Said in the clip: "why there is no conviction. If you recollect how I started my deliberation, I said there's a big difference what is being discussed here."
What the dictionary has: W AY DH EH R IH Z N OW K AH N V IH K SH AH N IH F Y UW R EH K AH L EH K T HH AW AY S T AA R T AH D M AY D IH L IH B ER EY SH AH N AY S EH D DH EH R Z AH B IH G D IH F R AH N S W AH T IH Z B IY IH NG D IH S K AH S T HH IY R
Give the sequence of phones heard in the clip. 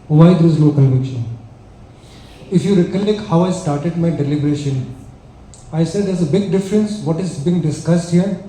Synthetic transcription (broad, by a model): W AY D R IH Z L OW K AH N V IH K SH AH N IH F Y UW R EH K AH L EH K HH AW AY S T AA R T AH D M AY D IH L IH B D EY SH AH N AY S EH D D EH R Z AH B IH G D IH F R AH N S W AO T IH Z B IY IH NG D IH S K AH S T HH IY R